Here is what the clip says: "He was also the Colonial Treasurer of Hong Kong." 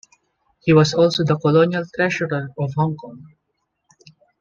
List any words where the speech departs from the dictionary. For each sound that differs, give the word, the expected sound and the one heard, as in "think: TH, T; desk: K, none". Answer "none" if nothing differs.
was: Z, S; treasurer: ZH, SH